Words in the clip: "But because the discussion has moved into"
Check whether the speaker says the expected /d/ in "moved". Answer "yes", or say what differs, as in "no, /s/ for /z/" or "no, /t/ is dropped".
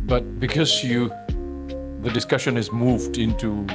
yes